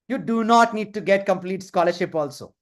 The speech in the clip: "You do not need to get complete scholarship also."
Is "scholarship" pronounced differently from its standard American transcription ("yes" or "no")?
no